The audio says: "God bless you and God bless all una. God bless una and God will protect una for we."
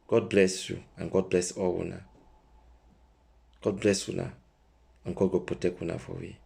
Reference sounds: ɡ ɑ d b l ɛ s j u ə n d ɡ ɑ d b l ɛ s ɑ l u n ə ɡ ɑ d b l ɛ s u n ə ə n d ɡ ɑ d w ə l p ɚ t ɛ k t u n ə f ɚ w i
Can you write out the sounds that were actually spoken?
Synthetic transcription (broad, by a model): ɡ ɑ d b l ɛ s j u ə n ɡ ɑ d b l ɛ s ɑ w u n ə ɡ ɑ d b l ɛ s u n ə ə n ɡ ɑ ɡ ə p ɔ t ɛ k u n ə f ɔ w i